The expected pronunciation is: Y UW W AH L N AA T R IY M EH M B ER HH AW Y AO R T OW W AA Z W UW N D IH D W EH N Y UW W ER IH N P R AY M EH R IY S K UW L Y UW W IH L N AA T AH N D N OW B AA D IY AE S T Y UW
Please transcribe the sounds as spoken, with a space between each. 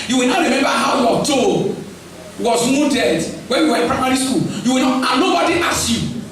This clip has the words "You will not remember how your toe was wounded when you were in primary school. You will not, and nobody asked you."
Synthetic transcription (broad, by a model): Y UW W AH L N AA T R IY M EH M B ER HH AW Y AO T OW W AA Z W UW D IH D W EH N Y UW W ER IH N P R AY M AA R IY S K UW L Y UW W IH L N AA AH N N OW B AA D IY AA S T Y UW